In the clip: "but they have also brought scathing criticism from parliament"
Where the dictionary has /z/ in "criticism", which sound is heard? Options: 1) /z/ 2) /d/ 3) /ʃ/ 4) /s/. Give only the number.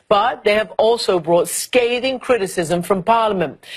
1